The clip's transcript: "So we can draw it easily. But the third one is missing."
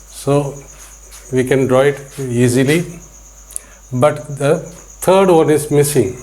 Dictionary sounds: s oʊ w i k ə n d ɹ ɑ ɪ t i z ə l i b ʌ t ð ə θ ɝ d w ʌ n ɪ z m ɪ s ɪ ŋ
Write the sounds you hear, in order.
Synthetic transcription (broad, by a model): s oʊ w i k ə n d ɹ ɑ ɪ t i z ə l i b ʌ t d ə t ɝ d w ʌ n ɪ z m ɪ s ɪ ŋ